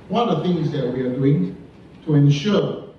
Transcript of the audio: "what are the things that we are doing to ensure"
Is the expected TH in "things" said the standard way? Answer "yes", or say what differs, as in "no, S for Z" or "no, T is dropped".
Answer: yes